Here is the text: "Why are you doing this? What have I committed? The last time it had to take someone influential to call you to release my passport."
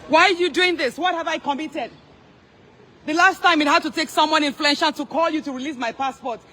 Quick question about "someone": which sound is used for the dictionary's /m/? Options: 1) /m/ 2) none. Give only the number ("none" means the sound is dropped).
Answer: 1